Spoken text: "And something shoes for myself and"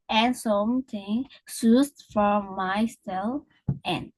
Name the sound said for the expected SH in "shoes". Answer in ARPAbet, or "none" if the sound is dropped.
S